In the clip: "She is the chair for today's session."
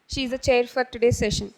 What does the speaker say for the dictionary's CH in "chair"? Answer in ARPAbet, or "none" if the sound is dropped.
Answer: CH